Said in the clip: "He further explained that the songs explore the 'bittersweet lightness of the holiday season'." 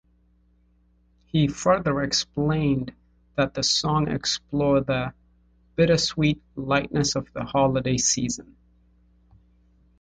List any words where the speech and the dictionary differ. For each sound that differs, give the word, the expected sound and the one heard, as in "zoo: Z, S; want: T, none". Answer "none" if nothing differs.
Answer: songs: Z, none